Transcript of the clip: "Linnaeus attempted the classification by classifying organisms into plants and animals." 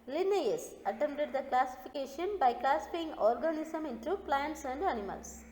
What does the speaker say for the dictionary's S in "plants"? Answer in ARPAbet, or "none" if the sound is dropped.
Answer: S